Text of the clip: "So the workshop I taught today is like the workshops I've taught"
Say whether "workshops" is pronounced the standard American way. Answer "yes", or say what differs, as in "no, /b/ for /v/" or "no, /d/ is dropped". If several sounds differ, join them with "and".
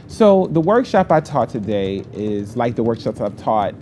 yes